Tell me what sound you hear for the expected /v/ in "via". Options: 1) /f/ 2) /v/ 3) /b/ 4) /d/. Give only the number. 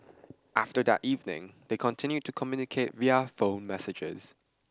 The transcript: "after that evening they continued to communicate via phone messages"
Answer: 2